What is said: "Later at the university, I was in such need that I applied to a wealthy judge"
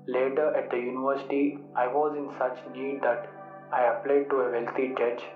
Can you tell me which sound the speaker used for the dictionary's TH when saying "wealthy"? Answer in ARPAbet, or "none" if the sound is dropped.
T